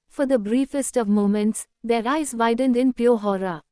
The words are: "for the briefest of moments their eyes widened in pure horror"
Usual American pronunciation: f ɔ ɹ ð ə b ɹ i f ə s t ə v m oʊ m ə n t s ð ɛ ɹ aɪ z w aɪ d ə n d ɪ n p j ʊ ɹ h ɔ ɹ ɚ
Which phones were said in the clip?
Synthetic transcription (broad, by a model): f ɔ ɹ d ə b ɹ i f ə s t ə v m oʊ m ə n t s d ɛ ɹ aɪ z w aɪ d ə n d ɪ n p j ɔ h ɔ ɹ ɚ